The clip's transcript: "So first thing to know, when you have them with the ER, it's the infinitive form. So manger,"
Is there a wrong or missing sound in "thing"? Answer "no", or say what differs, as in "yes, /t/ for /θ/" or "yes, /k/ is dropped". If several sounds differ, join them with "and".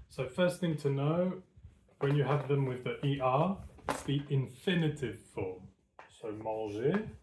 no